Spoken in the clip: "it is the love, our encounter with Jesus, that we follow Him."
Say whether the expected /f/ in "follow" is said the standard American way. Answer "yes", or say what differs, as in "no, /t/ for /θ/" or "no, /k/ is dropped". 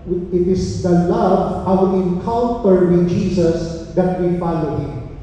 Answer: yes